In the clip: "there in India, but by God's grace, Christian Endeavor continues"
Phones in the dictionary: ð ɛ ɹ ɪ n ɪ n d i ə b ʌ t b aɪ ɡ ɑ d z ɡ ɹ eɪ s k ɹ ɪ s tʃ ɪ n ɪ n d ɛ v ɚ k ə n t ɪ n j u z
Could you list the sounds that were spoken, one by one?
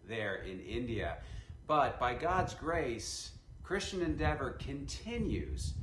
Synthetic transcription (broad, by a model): ð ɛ ɹ ɪ n ɪ n d i ə b ʌ t b aɪ ɡ ɑ d z ɡ ɹ eɪ s k ɹ ɪ s tʃ ɪ n ɪ n d ɛ v ɚ k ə n t ɪ n j u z